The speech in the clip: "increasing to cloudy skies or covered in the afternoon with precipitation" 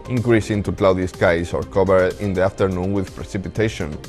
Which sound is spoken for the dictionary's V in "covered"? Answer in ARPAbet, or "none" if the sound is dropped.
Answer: B